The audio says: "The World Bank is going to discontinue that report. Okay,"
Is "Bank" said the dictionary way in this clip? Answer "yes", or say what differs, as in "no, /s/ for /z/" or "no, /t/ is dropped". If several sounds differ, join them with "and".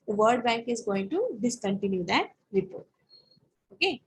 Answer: yes